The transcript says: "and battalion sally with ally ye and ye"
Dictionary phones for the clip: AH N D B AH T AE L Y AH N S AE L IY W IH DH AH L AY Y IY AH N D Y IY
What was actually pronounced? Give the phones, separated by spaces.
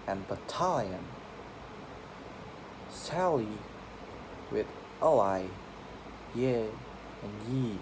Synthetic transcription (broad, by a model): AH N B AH T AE L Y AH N S AE L IY W IH DH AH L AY Y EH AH N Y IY